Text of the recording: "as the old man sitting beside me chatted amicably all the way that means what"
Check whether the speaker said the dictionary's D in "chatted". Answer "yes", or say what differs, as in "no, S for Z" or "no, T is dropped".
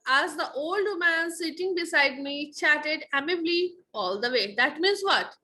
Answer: yes